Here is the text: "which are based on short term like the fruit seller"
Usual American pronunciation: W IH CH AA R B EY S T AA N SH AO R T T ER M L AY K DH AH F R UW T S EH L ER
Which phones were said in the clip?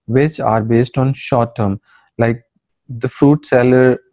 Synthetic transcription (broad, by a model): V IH CH AA R B EY S T AA N SH AO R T T ER M L AY K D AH F R UW T S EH L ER